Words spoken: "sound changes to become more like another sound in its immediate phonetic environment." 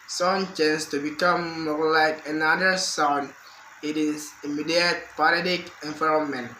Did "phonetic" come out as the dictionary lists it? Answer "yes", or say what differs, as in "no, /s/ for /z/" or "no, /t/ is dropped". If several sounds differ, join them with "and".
no, /p/ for /f/